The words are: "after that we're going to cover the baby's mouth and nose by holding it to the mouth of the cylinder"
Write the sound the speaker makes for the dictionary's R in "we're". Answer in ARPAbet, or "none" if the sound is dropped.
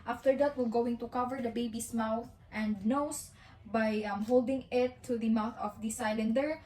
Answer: L